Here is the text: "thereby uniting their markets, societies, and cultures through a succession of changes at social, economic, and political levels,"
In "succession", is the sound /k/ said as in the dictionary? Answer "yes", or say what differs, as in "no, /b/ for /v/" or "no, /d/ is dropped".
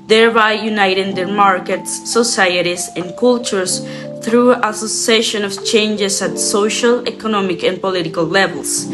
no, /k/ is dropped